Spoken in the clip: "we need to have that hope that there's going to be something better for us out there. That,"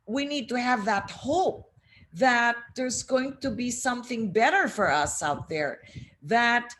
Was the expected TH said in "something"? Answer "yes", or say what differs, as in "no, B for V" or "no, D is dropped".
yes